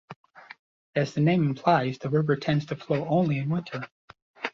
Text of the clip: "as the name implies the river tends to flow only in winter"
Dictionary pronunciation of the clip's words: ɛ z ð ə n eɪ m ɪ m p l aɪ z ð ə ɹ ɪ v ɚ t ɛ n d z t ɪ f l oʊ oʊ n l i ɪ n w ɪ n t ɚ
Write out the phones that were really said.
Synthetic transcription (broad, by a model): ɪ z ð ə n eɪ m ɪ m p l aɪ z ð ə ɹ ɪ v ɚ t ɛ n d z t ɪ f l oʊ oʊ n l i ɪ n w ɪ n t ɚ